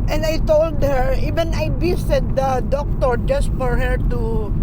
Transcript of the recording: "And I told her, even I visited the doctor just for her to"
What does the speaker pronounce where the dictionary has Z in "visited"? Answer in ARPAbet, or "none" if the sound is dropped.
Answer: S